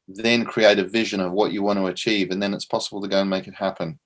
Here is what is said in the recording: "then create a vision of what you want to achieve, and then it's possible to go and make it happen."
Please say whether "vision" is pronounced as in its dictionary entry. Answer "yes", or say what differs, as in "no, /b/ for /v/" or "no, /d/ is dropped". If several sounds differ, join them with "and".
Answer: yes